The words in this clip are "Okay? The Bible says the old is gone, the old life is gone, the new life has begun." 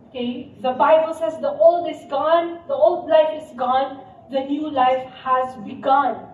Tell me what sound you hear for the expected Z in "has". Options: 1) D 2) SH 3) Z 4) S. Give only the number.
3